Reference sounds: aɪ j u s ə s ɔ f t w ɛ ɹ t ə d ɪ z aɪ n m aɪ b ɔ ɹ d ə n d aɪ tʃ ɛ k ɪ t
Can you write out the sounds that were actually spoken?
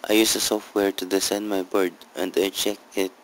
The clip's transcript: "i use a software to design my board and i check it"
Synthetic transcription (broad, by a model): aɪ j u s ə s ɔ f t w ɛ ɹ t ə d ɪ s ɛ n m aɪ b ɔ ɹ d ə n d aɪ tʃ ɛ k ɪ t